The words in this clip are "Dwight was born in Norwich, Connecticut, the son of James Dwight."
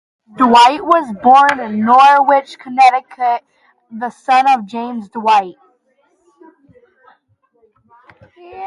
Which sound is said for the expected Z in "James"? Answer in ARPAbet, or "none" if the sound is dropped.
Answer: Z